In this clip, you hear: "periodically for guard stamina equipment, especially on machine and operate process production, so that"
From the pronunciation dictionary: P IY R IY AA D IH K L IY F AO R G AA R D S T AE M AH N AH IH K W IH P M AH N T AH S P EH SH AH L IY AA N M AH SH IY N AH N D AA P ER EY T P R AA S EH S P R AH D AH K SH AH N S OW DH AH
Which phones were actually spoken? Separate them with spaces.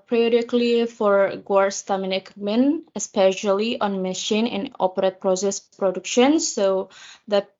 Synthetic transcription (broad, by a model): P R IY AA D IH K L IY F AO R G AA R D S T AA M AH N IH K M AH N AH S P EH SH AH L IY AA N M AH SH IY N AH N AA P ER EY T P R AA S EH S P R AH D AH K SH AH N S OW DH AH